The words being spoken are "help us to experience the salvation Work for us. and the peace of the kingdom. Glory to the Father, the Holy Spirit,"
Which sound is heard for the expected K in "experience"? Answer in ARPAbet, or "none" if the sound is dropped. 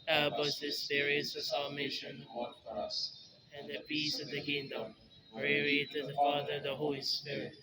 none